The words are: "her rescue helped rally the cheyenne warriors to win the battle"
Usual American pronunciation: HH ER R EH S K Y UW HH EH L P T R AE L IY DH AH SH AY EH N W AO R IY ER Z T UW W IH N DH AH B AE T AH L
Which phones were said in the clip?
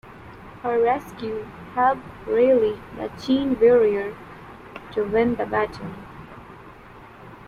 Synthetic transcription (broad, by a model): HH ER R EH S K Y UW HH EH L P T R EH L IY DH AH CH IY N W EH R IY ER T UW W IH N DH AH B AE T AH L